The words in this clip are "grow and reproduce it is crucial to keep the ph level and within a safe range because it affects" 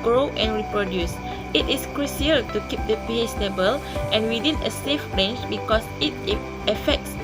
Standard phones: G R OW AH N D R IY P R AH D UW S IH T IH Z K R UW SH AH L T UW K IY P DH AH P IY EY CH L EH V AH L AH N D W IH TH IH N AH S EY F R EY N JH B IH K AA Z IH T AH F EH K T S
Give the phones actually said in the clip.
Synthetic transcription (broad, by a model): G R OW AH N R IY P R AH D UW S IH T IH S K R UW S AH L T UW K IY P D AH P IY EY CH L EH B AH L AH N W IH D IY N AH S EY F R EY N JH B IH K AA S IH T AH F EH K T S